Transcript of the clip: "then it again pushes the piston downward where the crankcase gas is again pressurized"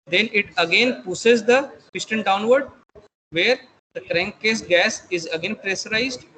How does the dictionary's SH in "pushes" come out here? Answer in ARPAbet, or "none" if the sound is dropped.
S